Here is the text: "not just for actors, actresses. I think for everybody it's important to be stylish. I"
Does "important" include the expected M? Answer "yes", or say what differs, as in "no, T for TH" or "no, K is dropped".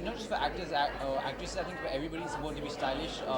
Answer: no, M is dropped